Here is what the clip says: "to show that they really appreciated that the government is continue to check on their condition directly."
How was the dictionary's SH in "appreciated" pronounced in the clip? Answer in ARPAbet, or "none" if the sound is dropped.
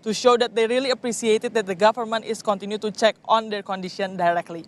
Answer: S